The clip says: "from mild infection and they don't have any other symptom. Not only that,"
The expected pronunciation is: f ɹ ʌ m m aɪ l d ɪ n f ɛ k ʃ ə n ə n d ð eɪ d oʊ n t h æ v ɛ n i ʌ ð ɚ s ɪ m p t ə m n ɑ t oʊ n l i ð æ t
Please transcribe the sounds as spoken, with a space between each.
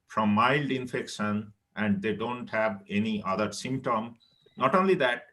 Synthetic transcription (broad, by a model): f ɹ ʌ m m aɪ l d ɪ n f ɛ k ʃ ə n ə n d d eɪ d oʊ n t h æ v ɛ n i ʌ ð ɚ s ɪ m p t ə m n ɑ t oʊ n l i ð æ t